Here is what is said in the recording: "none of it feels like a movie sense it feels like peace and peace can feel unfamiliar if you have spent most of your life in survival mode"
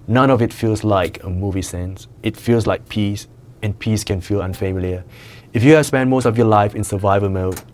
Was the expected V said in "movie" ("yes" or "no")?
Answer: yes